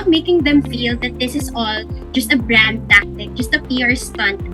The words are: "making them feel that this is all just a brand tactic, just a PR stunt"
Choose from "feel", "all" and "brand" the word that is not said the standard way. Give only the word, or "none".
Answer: none